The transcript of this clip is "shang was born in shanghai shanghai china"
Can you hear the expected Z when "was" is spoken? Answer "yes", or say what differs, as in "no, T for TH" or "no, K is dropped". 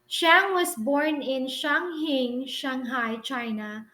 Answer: no, S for Z